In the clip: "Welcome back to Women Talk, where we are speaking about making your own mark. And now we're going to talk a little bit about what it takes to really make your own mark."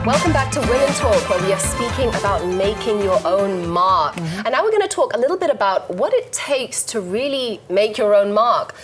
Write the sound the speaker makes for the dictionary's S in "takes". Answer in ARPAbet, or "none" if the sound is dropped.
S